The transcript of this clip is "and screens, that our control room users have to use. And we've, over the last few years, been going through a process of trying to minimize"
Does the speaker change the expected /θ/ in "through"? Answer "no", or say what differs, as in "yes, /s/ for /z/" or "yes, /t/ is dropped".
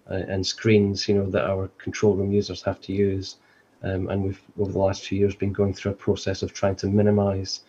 no